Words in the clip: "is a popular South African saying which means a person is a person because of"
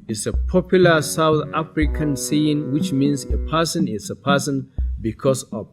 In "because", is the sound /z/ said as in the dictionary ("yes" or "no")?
no